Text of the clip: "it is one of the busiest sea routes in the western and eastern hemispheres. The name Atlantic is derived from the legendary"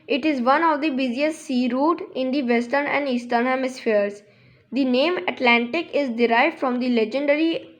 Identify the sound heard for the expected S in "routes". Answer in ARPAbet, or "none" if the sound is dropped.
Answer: none